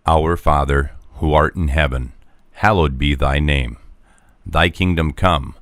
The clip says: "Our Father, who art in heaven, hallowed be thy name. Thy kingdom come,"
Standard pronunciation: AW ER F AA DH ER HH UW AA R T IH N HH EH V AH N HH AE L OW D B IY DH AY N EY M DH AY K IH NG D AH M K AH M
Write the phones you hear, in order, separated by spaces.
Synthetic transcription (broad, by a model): AW ER F AA DH ER HH UW AA R T IH N HH EH V AH N HH AE L OW D B IY DH AY N EY M DH AY K IH NG D AH M K AH M